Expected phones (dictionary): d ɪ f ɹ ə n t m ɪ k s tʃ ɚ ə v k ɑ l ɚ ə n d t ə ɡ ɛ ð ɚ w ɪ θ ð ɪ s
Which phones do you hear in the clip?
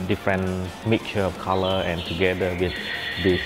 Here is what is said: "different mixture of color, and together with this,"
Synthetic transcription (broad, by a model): d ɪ f ɹ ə n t m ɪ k tʃ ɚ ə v k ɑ l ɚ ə n t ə ɡ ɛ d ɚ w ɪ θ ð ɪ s